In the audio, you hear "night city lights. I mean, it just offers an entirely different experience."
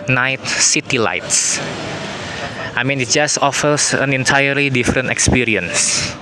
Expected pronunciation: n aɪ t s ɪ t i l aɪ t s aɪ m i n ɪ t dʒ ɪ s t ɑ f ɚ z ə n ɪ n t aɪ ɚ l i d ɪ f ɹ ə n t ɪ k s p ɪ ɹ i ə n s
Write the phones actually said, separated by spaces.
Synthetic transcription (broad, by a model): n aɪ t s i t i l aɪ t s aɪ m i n ɪ t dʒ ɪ s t ɑ f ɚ s ə n ɪ n t aɪ ɚ l i d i f ɹ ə n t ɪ k s p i ɹ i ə n s